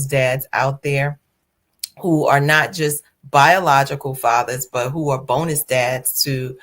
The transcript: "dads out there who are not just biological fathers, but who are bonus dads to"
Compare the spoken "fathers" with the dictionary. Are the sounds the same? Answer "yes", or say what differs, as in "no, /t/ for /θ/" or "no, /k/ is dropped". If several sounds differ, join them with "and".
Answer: yes